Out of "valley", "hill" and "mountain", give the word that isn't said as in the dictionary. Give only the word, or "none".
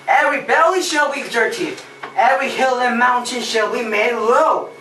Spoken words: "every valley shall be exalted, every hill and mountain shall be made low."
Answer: valley